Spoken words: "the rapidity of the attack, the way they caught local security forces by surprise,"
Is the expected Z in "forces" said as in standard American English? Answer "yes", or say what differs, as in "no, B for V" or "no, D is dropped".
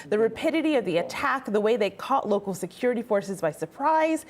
yes